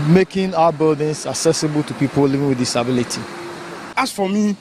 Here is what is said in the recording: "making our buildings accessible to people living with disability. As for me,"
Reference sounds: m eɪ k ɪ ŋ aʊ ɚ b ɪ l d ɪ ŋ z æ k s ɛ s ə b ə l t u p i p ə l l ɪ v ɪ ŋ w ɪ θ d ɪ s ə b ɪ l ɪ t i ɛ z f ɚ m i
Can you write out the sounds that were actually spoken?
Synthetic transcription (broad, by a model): m eɪ k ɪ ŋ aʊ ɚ b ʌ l d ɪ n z æ k s ɛ s ə b ə l t u p i p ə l l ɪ v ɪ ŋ w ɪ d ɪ s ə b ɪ l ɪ t i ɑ s f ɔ m i